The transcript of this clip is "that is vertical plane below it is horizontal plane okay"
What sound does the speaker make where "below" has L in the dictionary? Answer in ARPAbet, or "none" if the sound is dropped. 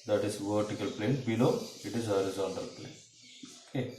N